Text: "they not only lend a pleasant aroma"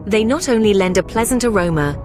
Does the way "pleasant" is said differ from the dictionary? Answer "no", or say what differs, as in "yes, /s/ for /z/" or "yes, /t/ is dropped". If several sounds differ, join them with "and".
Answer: no